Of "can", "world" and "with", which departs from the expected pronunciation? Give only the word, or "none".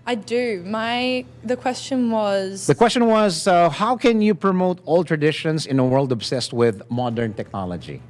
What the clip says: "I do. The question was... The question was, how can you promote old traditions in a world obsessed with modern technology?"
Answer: none